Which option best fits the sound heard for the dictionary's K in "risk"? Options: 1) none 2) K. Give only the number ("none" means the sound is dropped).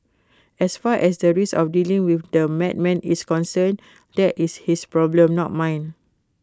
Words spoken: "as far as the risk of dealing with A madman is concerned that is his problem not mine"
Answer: 1